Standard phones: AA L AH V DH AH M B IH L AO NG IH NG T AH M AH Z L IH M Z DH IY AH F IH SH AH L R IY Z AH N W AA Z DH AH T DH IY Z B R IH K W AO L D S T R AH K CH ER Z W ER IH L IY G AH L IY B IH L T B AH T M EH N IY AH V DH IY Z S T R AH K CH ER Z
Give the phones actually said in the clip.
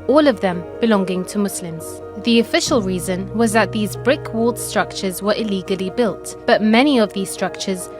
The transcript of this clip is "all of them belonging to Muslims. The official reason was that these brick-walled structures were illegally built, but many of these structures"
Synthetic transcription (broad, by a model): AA L AH V DH AH M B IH L AO NG IH NG T AH M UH S L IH M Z DH IY AH F IH SH AH L R IY Z AH N W AA Z DH AH T DH IY Z B R IH K W AO L D S T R AH K CH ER Z W ER IH L IY G AH L IY B IH L T B AH T M EH N IY AH V DH IY Z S T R AH K CH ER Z